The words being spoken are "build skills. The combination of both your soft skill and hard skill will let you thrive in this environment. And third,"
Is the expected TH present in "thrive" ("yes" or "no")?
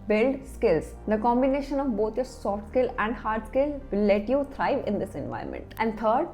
no